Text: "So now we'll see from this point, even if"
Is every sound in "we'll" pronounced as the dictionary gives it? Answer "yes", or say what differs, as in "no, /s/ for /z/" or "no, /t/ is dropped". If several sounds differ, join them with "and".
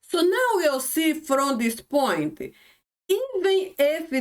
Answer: no, /w/ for /l/